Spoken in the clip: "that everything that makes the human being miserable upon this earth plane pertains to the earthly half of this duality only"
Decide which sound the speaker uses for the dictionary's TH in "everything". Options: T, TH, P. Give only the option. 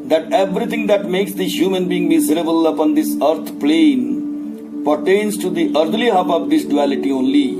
T